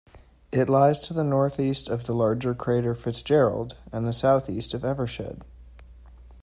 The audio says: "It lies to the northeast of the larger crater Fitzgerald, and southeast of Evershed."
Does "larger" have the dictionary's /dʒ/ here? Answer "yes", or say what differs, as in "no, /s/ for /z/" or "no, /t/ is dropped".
yes